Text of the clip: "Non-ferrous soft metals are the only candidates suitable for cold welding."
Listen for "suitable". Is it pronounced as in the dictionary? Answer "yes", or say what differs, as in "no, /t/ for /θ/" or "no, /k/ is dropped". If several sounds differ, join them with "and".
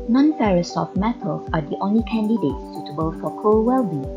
yes